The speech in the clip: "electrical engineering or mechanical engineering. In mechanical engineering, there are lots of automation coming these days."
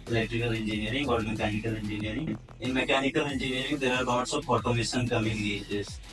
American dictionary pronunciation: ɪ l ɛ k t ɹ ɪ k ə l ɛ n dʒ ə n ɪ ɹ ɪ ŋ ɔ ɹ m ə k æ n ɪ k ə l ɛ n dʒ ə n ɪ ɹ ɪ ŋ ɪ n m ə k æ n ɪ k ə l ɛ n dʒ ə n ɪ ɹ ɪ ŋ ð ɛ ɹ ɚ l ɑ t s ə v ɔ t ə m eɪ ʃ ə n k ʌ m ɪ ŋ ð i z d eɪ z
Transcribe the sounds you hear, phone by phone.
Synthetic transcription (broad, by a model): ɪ l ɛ k t ɹ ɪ k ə l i n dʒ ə n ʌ ɹ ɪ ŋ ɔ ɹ m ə k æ n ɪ k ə l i n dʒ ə n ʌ ɹ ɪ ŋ ɪ n m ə k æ n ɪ k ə l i n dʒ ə n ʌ ɹ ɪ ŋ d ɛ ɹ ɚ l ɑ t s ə p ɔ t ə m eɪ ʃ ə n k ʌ m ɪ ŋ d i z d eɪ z